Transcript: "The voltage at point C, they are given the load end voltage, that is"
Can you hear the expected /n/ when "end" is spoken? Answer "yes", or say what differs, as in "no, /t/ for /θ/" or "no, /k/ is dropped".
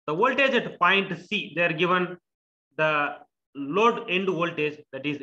yes